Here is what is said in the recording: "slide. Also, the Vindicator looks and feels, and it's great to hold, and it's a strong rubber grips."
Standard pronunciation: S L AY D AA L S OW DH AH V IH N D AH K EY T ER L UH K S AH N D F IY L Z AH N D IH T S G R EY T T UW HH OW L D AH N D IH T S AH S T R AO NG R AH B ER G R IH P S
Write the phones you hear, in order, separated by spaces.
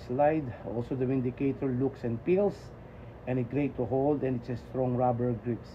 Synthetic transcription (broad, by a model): S L AY D AA L S OW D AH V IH N D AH K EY T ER L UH K S AH N D P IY L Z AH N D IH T G R EY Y T UW HH OW L D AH N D IH T S AH S T R AO NG R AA B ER G R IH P S